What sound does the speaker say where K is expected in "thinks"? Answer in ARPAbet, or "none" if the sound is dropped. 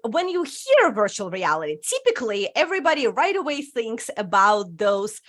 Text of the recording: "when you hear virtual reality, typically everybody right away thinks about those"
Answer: K